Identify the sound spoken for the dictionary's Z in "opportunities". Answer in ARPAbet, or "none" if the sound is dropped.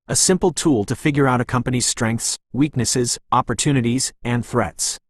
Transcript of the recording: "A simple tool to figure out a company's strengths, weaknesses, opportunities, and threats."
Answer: Z